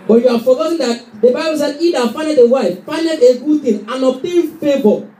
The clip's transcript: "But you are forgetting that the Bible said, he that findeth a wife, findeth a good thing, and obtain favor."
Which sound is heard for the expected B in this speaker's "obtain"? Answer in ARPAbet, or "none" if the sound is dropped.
none